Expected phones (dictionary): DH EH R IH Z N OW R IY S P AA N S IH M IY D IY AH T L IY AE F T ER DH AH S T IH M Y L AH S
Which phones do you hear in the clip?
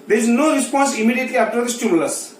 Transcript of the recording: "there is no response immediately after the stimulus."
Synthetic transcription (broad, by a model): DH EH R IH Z N OW R IY S P AA N S IH M IY D IY AH T L IY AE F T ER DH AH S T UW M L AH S